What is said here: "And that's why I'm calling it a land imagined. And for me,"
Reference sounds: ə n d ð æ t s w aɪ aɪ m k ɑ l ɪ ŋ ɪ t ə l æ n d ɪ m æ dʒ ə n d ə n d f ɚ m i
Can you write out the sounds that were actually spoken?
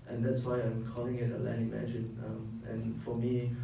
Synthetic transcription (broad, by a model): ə n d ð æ t s w aɪ aɪ m k ɑ l ɪ ŋ ɪ t ə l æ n ɪ m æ dʒ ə n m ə n f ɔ m i